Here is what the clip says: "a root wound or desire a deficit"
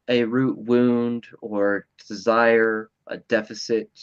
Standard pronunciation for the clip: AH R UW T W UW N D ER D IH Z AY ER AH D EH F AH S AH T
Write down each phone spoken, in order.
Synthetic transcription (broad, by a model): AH R UW T W UW N D ER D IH Z AY ER AH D EH F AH S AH T